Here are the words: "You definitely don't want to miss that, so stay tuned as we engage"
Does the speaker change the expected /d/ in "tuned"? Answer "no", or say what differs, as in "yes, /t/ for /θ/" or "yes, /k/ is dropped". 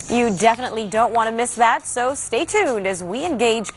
no